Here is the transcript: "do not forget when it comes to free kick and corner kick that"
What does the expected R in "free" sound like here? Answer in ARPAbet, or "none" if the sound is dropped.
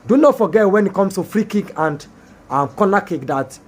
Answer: R